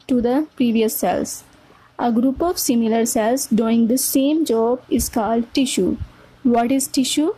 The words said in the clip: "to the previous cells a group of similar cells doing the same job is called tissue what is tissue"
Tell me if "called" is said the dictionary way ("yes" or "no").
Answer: yes